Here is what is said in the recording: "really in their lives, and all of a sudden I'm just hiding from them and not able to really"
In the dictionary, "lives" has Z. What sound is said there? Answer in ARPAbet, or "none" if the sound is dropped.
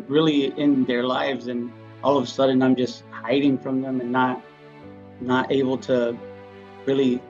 Z